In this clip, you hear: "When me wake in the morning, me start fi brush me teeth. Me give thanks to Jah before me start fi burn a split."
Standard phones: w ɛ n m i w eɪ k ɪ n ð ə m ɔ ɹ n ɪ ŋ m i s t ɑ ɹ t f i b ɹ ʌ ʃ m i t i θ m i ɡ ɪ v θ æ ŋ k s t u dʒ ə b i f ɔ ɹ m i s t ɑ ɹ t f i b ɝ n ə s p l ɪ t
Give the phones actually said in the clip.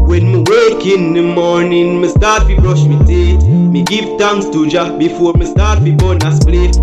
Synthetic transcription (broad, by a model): w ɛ n m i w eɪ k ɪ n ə m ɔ ɹ n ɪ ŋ m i s t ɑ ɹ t f i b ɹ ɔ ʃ m i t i m i ɡ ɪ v t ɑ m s t u dʒ ə b i f ɔ ɹ m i s t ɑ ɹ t f i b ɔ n ə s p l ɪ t